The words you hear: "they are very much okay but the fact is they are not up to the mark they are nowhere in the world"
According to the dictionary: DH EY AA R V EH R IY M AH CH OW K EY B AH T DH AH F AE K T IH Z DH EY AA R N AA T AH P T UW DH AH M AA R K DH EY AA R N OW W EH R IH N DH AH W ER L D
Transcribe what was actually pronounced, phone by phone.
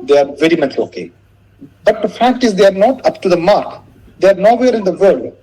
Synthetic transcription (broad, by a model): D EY AA R V EH R IY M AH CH OW K EY B AH T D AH F AE K T IH Z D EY AA R N AA T AH P T UW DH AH M AA R K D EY AA R N OW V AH R IH N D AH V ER L D